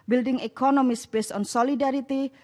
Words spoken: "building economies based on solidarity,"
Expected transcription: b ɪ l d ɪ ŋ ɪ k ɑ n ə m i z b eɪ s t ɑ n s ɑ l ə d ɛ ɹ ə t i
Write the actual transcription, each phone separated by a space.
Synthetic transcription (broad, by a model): b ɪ l d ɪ ŋ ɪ k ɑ n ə m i s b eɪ s ɑ n s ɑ l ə d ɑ ɹ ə t i